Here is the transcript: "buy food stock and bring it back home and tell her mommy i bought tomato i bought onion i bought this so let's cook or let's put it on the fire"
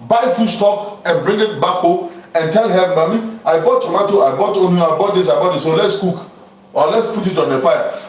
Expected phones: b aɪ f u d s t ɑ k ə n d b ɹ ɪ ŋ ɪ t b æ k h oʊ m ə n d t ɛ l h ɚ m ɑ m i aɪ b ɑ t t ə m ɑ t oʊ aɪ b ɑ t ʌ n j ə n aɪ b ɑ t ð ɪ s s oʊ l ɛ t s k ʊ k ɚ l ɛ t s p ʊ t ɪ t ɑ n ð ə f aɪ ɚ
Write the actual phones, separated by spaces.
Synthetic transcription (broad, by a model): b aɪ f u s t ɑ k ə n b ɹ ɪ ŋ ɪ t b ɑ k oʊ ə n t ɛ l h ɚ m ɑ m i aɪ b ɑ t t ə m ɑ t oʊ aɪ b ɑ t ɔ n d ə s aɪ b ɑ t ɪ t s oʊ l ɛ t s k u k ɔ l ɛ t s p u t ɪ t ɑ n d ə f aɪ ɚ